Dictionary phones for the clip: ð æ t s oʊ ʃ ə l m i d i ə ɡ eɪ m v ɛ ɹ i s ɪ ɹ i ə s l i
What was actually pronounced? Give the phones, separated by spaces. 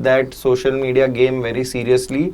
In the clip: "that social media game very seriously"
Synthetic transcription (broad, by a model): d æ t s oʊ ʃ ə l m i d i ə ɡ eɪ m v ɛ ɹ i s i ɹ i ə s l i